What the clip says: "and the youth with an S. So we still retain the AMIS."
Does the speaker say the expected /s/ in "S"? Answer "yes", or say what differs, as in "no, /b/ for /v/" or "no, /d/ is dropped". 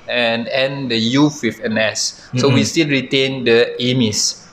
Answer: yes